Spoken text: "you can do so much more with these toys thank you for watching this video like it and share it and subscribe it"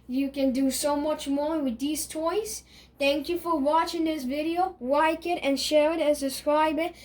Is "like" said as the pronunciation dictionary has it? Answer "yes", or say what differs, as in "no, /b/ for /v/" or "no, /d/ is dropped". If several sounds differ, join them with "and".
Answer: no, /w/ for /l/